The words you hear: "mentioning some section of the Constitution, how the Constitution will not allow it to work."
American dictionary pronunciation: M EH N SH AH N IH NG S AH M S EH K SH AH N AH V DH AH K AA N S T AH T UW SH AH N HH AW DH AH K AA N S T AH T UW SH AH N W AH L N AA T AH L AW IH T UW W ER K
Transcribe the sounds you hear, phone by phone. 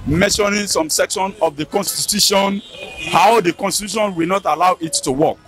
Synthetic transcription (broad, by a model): M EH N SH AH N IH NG S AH M S EH K SH AH N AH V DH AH K AA N S T AH T UW SH AH N HH AW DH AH K AA N S T AH T UW SH AH N W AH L N AA T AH L AW IH T UW W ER K